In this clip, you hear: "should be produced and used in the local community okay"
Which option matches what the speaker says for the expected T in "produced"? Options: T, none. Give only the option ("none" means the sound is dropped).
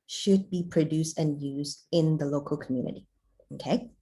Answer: T